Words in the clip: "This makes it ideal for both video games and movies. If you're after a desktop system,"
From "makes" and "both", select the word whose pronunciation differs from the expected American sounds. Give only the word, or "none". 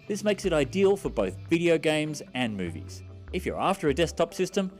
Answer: none